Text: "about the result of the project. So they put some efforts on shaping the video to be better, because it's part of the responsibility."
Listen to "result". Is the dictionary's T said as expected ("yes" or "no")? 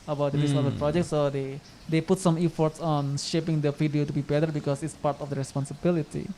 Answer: no